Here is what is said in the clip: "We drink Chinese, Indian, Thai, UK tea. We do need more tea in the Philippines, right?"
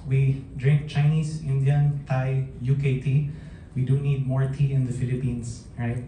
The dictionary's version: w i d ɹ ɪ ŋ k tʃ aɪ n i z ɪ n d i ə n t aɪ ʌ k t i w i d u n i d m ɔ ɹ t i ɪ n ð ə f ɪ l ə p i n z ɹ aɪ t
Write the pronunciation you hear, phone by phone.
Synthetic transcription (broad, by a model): w i d ɹ ɪ ŋ k tʃ aɪ n i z ɪ n d i ə n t aɪ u k t i w i d u n i d m ɔ ɹ t i ɪ n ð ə f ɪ l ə p i n s ɹ aɪ t